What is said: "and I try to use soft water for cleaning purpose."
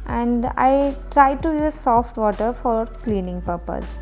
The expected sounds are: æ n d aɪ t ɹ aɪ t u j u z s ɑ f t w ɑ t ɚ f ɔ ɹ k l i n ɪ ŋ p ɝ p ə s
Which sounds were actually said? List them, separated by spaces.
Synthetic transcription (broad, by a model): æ n d aɪ t ɹ aɪ t u j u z s ɑ f t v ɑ t ɚ f ɔ ɹ k l i n ɪ ŋ p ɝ p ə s